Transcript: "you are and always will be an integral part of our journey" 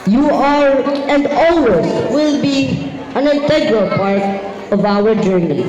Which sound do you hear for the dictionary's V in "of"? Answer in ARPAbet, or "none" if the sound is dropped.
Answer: V